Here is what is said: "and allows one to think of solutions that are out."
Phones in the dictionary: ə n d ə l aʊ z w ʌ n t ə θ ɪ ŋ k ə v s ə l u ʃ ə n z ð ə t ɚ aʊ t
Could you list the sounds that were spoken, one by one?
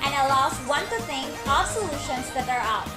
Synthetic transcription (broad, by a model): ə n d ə l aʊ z w ʌ n t ə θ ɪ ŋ ə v s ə l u ʃ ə n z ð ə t ɚ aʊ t